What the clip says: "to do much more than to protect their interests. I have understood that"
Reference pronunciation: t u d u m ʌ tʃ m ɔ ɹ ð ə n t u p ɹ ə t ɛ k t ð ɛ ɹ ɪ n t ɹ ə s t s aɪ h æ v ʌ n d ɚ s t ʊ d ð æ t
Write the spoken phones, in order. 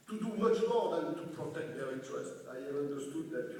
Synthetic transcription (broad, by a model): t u d u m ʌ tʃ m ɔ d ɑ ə t u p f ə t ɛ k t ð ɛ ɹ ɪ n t ə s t aɪ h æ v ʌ n d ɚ s t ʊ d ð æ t